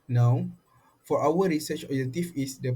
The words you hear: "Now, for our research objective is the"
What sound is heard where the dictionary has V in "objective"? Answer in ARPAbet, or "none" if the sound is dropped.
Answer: F